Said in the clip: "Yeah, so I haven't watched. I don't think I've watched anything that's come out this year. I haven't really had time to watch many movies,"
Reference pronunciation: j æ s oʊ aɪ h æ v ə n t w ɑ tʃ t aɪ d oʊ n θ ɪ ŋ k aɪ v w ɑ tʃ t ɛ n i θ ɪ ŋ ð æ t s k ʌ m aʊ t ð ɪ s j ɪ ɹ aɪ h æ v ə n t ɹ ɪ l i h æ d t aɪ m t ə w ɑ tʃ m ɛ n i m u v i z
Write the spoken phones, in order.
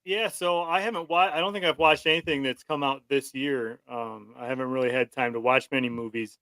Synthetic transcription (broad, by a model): j æ s oʊ aɪ h æ v ə n t w ɑ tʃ aɪ d oʊ n θ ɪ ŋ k aɪ v w ɑ tʃ t ɛ n i θ ɪ ŋ ð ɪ t s k ʌ m aʊ t ð ɪ s j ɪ ɹ aɪ h æ v ə n t ɹ ɪ l i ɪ d t aɪ m t ə w ɑ tʃ m ɛ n i m u v i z